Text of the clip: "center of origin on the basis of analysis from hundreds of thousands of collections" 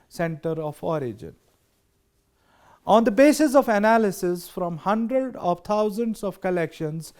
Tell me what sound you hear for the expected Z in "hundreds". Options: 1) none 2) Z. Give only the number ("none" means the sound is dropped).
1